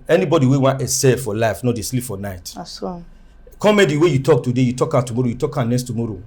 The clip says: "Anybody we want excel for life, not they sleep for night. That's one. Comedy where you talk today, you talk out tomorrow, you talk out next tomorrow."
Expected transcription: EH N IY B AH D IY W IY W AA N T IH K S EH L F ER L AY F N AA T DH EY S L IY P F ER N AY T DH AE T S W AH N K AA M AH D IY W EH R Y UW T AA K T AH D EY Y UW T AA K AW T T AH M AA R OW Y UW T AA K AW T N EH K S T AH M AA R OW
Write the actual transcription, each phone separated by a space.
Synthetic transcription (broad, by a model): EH N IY B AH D IY W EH W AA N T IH S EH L F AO L AY F N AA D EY S L IY P F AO N AY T T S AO K AA M AH D IY W EH Y UW T AA K T AH D EY Y UW T AA K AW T T AH M AA R OW Y UW T AA K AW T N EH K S T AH M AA R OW